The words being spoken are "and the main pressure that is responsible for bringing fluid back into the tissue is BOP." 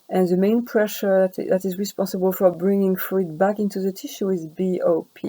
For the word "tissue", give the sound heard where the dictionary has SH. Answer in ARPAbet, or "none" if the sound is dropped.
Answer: SH